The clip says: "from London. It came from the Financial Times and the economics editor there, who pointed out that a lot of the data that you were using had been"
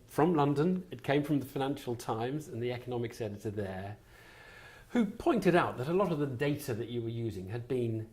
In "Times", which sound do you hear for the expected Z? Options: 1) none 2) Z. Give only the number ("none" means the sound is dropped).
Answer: 2